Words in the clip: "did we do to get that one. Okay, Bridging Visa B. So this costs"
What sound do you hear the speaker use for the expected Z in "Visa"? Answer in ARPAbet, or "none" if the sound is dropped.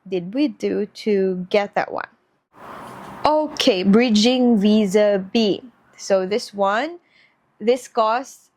Z